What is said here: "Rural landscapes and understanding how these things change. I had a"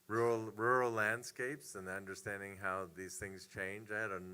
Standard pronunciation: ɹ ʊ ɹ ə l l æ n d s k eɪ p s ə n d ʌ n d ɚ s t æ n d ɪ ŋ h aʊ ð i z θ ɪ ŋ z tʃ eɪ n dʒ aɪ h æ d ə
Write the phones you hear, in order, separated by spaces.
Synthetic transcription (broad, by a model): ɹ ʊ ɹ l l æ n d s k eɪ p s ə n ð ʌ n d ɚ s t æ n d ɪ ŋ h aʊ ð i z θ ɪ ŋ z tʃ eɪ n dʒ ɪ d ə